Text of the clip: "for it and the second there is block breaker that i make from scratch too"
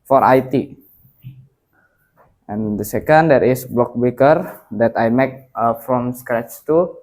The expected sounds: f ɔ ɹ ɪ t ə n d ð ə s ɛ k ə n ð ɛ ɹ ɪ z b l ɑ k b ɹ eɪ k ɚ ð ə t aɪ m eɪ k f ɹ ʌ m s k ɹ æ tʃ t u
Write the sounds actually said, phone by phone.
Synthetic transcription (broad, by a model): f ɔ ɹ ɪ t ə n d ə s ɛ k ə n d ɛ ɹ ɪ s b l ɑ k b eɪ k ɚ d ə t aɪ m eɪ k f ɹ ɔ m s k ɹ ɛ tʃ t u